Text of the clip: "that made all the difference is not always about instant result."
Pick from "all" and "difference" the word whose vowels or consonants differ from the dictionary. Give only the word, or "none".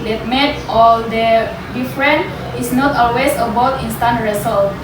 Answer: difference